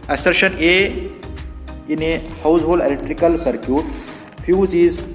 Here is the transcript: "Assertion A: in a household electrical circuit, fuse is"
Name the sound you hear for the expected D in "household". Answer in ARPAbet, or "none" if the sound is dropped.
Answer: none